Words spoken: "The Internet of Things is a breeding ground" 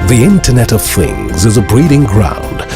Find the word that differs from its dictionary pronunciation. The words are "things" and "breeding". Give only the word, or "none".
none